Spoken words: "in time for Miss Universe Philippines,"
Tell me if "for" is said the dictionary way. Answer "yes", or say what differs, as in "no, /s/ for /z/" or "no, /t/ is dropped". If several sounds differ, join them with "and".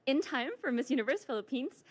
yes